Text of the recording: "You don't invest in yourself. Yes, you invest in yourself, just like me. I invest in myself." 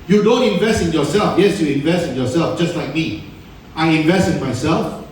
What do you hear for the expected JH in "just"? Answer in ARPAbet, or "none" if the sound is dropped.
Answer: JH